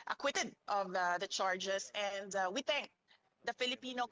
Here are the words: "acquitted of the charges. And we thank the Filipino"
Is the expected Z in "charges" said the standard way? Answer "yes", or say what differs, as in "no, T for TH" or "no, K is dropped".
no, S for Z